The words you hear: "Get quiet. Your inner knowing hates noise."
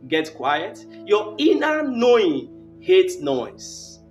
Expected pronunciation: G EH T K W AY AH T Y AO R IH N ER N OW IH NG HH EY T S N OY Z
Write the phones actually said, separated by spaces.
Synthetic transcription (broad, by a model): G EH T K W AY AH T Y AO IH N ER N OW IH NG HH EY T N OY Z